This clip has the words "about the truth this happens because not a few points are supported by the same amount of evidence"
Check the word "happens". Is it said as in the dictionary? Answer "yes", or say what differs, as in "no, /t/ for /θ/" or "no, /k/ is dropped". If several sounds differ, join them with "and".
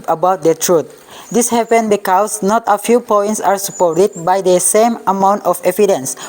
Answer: no, /z/ is dropped